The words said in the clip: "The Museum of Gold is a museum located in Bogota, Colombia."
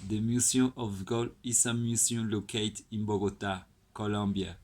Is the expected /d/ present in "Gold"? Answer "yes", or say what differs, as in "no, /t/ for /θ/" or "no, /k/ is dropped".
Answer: no, /d/ is dropped